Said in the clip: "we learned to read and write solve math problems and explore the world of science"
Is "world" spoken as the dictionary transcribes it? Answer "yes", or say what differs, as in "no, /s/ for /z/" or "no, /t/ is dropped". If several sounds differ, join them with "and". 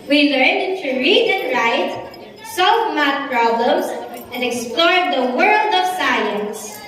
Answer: yes